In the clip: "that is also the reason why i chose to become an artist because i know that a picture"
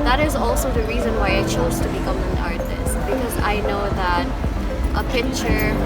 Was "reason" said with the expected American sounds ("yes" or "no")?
yes